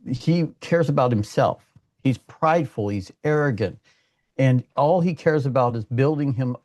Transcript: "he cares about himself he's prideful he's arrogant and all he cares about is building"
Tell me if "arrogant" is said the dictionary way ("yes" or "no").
yes